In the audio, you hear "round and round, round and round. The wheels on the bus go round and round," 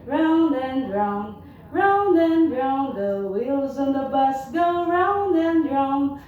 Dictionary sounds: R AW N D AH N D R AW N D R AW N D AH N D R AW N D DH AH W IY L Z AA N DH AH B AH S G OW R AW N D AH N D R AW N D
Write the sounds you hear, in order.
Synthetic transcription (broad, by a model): R AW N D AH N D R AW N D R AW N D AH N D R AW N DH AH W IY L Z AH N DH AH B AH S G OW R AW N D AH N D R AW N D